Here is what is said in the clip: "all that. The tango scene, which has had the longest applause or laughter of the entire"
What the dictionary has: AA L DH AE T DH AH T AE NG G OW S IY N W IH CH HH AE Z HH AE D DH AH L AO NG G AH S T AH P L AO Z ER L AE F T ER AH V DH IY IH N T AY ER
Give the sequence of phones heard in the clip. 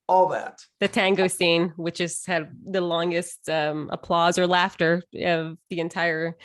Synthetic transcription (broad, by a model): AA L DH AE T DH AH T AE NG G OW S IY N W IH CH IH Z HH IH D DH AH L AO NG G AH S T AH P L AO Z ER L AE F T ER AH V DH IY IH N T AY ER